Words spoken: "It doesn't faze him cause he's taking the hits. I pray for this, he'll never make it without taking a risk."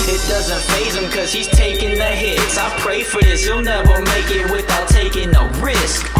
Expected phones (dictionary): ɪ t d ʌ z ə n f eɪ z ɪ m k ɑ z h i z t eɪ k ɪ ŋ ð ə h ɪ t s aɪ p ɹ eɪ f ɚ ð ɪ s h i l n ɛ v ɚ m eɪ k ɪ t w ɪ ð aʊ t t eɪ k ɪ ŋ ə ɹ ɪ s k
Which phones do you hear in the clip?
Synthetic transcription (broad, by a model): ɪ t d ʌ z ə n f eɪ z ɪ m k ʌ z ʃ i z t eɪ k ɪ ŋ ð ə h ɪ t s aɪ p ɹ eɪ f ɚ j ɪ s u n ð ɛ w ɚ m eɪ k ɪ t w ɪ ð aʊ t t eɪ k ɪ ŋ ə ɹ ɪ s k